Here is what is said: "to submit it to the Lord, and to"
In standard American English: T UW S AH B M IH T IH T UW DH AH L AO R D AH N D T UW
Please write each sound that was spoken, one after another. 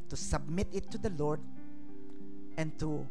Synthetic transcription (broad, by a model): T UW S AH B M IH T IH T UW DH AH L AO R D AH N T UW